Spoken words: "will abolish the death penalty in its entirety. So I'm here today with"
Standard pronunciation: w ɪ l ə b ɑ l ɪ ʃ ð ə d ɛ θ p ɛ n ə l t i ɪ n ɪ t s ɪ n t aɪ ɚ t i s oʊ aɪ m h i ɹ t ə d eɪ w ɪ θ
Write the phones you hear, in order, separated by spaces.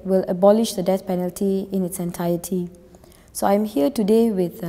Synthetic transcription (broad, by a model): w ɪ l ə b ɑ l ɪ ʃ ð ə d ɛ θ p ɛ n ə l t i ɪ n ɪ t s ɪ n t aɪ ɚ t i s oʊ aɪ m h i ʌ t ə d eɪ w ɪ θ